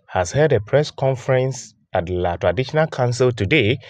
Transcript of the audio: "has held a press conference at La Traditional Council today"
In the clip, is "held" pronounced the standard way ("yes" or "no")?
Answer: no